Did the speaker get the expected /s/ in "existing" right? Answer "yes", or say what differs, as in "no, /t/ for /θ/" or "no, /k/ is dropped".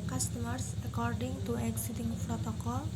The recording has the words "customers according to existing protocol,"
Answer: no, /s/ is dropped